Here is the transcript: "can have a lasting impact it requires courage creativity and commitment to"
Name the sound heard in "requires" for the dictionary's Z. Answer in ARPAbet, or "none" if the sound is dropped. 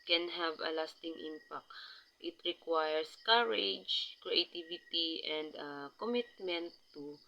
S